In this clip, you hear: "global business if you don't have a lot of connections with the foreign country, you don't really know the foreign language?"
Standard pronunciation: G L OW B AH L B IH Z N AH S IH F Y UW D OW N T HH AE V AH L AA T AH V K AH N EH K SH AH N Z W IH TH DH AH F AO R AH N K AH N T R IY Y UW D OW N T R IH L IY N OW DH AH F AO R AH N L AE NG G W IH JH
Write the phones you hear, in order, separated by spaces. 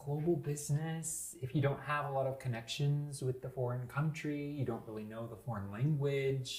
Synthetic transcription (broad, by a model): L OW B L B IH Z N AH S IH F Y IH D OW N T HH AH V AH L AA T AH V K AH N EH K SH AH N Z W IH DH AH F AO R AH N K AH N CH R IY Y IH D OW N T R IH L IY N OW DH AH F AO R AH N L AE NG G W IH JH